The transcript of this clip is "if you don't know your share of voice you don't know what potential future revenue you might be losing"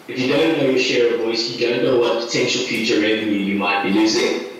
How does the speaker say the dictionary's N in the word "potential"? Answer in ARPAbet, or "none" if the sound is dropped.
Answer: N